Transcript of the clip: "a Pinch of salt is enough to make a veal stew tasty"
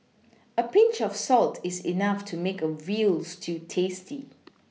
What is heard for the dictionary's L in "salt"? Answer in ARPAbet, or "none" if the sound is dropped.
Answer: L